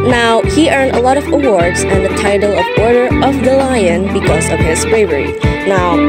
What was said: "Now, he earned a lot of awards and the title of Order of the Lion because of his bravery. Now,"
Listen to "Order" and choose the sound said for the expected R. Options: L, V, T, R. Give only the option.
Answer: R